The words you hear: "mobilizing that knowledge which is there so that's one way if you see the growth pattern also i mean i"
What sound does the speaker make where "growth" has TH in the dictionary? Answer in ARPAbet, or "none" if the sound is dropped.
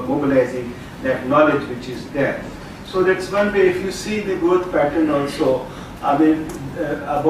T